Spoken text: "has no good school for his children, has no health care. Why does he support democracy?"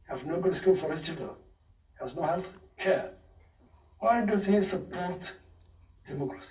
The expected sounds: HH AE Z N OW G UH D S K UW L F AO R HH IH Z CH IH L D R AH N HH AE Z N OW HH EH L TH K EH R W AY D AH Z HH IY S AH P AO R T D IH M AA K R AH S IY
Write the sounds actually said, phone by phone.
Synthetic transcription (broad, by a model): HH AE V N OW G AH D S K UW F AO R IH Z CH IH D AH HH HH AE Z N OW HH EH L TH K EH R W AY D AH Z HH IY S AH P AO R T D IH M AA K R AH S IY